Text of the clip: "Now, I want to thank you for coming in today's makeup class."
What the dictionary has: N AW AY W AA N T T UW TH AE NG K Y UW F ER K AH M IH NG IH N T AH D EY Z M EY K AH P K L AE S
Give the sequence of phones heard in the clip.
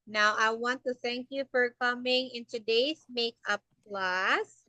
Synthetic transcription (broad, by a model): N AW AY W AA N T T UW TH AE NG K Y UW F ER K AH M IH NG IH N T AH D EY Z M EY K AH P L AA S